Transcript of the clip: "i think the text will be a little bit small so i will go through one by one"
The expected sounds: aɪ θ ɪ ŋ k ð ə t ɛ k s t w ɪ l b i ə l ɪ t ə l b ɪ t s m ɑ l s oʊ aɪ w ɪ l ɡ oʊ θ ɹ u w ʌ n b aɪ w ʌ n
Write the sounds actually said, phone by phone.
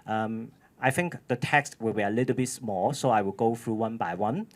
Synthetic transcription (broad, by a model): aɪ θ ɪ ŋ k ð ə t ɛ k s t w ɪ l b i ə l ɪ t ə l b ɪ t s m ɑ l s oʊ aɪ w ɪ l ɡ oʊ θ ɹ u w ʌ n b aɪ w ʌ n